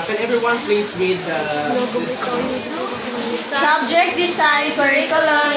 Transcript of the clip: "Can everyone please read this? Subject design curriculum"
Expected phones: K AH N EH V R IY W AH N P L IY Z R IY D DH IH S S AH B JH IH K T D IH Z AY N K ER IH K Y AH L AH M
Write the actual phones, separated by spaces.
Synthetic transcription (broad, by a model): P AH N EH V R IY W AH N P L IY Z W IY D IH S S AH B JH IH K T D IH S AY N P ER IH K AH L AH